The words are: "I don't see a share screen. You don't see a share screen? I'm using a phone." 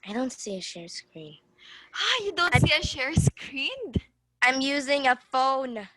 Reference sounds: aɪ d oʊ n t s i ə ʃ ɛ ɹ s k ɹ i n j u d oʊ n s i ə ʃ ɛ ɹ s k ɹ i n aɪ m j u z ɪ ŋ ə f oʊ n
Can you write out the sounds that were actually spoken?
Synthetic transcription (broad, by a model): aɪ d oʊ n t s i ə ʃ ɛ ɹ s k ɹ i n j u d oʊ n s i ə ʃ ɛ ɹ s k ɹ i n aɪ m j u z ɪ ŋ ə f oʊ n